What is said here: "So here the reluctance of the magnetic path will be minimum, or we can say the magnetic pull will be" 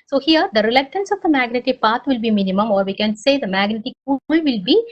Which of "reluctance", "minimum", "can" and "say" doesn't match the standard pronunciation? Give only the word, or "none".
none